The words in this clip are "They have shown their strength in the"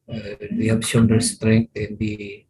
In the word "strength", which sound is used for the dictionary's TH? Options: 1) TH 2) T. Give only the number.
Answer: 2